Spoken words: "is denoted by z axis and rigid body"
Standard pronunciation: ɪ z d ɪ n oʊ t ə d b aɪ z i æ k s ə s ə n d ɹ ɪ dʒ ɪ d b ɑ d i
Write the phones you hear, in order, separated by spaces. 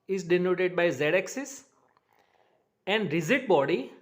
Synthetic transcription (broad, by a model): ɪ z d ɪ n oʊ t ə d b aɪ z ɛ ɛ k s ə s ə n d ɹ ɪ z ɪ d b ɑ d i